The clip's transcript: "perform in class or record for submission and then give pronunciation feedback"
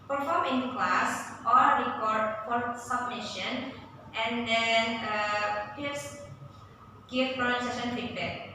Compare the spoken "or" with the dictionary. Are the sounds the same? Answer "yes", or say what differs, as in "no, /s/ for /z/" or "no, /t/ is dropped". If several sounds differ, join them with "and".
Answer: no, /l/ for /ɹ/